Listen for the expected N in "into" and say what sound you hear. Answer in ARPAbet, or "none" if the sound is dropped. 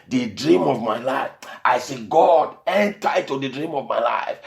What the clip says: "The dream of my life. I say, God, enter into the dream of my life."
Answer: none